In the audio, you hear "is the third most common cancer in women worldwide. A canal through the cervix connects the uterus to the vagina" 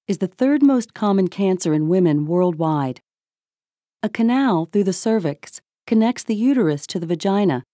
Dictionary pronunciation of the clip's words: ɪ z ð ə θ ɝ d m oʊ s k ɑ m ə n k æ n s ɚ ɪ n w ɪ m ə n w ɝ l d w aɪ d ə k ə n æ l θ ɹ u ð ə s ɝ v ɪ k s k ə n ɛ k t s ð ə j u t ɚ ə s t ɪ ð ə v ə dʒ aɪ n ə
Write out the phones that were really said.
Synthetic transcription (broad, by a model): ɪ z ð ə θ ɝ d m oʊ s k ɑ m ə n k æ n s ɚ ɪ n w ɪ m ə n w ɝ l d w aɪ d ə k ə n æ l θ ɹ u ð ə s ɝ v ɪ k s k ə n ɛ k t s ð ə j u t ɚ ə s t ɪ ð ə v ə dʒ aɪ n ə